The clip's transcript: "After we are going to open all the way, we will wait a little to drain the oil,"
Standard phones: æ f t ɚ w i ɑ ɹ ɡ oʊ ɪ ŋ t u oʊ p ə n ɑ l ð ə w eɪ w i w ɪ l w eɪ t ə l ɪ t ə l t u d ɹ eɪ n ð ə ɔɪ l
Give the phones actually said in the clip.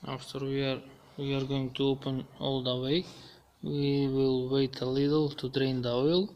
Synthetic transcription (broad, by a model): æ f t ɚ w i ɑ ɹ ɡ oʊ ɪ ŋ t u oʊ p ə n ɑ l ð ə w eɪ w i w ɪ l w eɪ t ə l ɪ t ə l t u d ɹ eɪ n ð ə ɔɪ l